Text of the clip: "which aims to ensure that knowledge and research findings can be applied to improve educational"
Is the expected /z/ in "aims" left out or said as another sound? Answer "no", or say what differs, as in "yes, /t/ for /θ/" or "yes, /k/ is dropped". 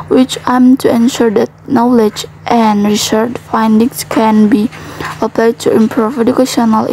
yes, /z/ is dropped